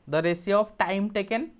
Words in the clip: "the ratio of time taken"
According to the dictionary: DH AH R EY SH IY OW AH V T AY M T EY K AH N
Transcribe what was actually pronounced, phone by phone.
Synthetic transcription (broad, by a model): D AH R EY S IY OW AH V T AY M T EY K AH N